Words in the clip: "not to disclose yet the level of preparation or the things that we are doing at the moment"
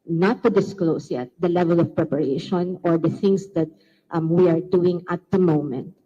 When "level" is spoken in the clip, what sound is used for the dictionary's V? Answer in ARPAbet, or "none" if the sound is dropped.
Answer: V